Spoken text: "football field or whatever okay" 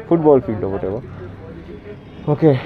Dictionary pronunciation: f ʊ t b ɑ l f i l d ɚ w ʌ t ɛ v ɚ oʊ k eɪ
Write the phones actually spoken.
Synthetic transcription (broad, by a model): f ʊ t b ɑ l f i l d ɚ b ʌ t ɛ b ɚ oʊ k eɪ